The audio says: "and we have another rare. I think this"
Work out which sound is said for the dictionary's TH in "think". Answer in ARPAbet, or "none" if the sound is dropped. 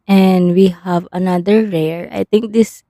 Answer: T